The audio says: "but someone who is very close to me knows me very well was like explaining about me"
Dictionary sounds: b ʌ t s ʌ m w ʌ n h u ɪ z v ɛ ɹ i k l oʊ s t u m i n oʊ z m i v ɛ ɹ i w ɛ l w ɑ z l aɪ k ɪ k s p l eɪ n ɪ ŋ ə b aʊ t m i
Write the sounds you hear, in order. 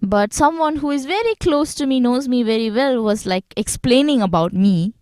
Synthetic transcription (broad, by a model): b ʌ t s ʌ m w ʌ n h u ɪ z v ɛ ɹ i k l oʊ s t u m i n oʊ z m i v ɛ ɹ i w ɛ l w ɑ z l aɪ k ɪ k s p l eɪ n ɪ ŋ ə b aʊ t m i